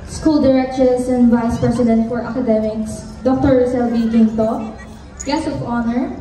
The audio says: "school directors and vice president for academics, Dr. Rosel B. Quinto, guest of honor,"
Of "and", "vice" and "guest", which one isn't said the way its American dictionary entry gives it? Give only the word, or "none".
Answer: guest